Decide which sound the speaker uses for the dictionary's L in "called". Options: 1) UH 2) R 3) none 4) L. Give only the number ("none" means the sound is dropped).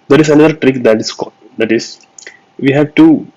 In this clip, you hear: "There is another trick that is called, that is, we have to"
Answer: 3